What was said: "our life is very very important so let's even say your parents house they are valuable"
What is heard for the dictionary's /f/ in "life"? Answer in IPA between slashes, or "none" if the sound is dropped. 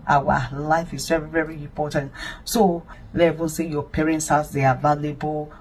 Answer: /f/